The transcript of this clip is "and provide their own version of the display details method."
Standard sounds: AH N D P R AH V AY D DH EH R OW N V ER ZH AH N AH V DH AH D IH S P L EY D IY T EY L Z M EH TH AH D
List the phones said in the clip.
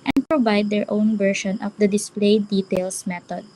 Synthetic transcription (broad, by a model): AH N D P R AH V AY D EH R OW N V ER SH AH N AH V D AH D IH S P L EY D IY T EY L S M EH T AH D